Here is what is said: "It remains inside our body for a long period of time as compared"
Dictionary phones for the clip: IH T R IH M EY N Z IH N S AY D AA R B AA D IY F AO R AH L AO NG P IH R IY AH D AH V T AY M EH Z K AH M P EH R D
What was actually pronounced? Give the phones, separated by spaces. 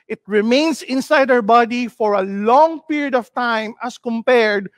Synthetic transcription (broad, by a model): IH T R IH M EY N S IH N S AY D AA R B AA D IY F AO R AH L AO NG P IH R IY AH D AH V T AY M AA S K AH M P EH R D